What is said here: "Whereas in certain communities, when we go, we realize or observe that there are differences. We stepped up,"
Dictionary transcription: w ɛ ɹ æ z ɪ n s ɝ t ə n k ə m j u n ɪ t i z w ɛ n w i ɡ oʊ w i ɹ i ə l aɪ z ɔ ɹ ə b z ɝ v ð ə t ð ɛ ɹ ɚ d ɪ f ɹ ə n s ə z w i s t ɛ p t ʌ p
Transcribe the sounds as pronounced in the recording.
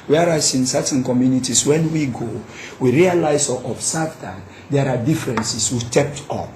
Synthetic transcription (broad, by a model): w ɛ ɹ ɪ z ɪ n s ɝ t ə n k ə m j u n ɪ t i s w ɛ n w i ɡ oʊ w i ɹ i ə l aɪ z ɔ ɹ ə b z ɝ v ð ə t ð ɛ ɹ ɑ d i f ɹ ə n s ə s w i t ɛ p t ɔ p